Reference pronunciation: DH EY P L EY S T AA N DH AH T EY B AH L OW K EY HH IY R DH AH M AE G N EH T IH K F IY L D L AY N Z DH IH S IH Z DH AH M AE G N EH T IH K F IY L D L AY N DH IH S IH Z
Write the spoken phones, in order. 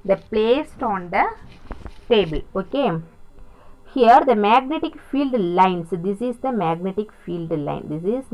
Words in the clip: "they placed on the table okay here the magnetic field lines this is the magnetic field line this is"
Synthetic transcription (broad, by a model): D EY P L EY S T AA N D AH T EY B AH L OW K EY HH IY R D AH M AE G N EH T IH K F IY L D L AY N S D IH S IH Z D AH M AE G N EH T IH K F IY L D L AY N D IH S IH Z